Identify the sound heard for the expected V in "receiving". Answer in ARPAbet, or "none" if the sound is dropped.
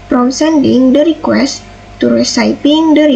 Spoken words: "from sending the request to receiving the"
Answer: P